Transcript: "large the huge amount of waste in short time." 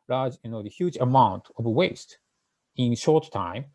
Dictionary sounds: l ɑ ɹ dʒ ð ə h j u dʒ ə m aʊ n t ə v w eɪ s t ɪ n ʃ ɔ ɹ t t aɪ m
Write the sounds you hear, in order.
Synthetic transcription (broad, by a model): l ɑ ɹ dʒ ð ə h j u dʒ ə m aʊ n t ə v w eɪ s t ɪ n ʃ ɔ ɹ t t aɪ m